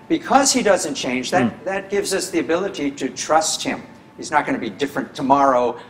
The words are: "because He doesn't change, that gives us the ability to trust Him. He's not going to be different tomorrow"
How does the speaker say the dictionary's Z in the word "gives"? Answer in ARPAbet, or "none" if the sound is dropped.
Z